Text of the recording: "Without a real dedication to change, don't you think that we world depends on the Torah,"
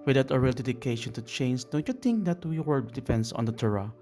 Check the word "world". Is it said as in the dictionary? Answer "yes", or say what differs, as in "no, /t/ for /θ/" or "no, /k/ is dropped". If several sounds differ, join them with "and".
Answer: no, /l/ is dropped